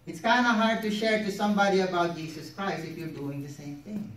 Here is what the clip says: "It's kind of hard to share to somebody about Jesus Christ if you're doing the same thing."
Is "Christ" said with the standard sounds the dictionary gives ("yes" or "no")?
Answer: no